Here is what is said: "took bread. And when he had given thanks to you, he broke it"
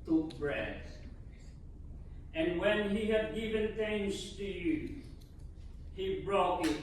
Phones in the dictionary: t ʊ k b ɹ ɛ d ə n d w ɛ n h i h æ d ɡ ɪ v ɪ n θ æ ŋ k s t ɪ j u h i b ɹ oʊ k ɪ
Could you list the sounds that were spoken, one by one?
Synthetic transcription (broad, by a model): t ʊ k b ɹ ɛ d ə n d w ɛ n h i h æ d ɡ ɪ v ɪ n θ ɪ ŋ s t ɪ j u h i b ɹ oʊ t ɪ